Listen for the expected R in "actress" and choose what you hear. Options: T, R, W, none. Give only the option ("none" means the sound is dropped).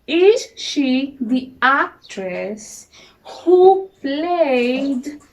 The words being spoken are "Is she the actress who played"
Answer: R